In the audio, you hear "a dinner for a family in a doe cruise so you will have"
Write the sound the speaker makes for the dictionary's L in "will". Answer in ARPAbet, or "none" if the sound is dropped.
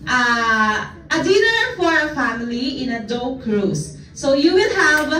N